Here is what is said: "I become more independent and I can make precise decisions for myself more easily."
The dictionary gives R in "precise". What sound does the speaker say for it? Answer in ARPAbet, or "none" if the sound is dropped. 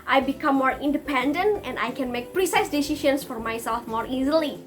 R